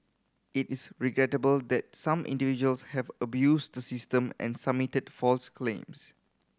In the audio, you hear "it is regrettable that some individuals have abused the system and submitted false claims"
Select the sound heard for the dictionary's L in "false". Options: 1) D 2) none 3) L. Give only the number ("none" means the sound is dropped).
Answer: 3